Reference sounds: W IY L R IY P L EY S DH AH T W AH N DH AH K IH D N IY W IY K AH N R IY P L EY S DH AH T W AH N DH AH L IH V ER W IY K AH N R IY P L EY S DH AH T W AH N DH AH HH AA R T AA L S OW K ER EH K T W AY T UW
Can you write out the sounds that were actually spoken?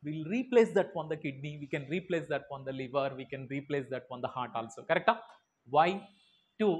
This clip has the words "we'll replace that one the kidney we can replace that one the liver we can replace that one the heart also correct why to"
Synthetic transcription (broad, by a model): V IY L R IY P L EY S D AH T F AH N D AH K IH D N IY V IY K AH N R IY P L EY S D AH T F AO N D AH L IH V ER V IY K AH N R IY P L EY S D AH T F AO N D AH HH AA R T AA L S OW K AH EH K T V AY T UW